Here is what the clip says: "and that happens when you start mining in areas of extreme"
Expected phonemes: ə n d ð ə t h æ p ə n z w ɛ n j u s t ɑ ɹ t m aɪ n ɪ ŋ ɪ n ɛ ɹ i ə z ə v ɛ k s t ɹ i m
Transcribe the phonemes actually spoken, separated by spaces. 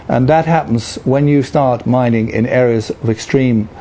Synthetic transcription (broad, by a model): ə n ð ə t h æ p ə n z w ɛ n j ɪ s t ɑ ɹ t m aɪ n ɪ ŋ ɪ n ɛ ɹ i ə z ə v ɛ k s t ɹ i m